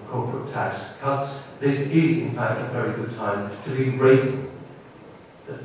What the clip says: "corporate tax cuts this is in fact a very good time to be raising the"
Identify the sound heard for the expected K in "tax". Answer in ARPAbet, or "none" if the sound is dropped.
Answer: K